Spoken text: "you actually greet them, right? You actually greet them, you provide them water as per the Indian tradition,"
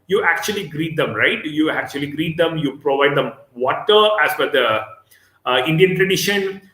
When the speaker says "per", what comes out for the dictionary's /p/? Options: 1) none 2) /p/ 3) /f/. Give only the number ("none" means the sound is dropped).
3